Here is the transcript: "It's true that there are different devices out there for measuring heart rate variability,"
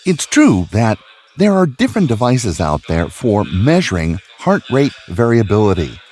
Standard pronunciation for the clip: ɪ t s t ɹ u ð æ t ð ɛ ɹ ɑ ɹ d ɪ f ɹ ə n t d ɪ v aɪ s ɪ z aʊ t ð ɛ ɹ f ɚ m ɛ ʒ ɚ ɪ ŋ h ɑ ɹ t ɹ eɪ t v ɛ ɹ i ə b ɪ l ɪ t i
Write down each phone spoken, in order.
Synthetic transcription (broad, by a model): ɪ t s t ɹ u ð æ t ð ɛ ɹ ɑ ɹ d ɪ f ɹ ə n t d ɪ v aɪ s ɪ z aʊ t ð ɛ ɹ f ɚ m ɛ ʒ ɚ ɪ ŋ h ɑ ɹ t ɹ eɪ t v ɛ ɹ i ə b ɪ l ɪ t i